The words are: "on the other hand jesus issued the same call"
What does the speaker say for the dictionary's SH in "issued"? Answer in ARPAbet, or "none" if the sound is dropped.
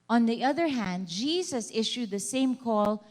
SH